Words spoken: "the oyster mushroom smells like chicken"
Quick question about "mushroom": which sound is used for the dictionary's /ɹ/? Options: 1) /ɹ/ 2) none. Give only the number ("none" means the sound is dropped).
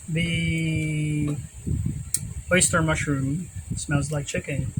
1